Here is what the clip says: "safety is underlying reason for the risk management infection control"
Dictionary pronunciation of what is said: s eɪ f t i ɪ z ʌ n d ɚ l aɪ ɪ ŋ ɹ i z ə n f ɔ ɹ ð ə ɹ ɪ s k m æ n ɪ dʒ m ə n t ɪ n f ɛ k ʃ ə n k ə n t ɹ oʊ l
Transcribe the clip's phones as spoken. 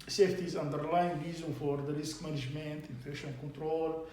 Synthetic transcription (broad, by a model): s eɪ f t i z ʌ n d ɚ l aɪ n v i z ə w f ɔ ɹ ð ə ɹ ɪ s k m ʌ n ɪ ʒ m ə n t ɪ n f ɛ ʃ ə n k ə n t ɹ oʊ l